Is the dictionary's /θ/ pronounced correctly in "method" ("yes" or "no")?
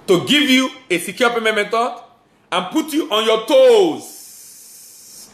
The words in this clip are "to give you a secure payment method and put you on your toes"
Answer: no